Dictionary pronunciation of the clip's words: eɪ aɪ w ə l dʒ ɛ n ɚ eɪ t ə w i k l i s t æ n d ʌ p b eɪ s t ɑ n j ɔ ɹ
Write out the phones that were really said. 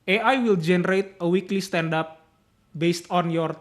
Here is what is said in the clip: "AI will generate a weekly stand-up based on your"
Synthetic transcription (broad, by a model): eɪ aɪ w ə l dʒ ɛ n ɚ eɪ t ə w i k l i s t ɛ n d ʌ p b eɪ s t ɑ n j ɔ ɹ